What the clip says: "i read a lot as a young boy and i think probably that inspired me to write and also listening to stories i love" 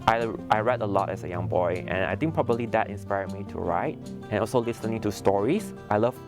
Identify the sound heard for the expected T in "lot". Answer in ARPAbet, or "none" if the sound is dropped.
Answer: T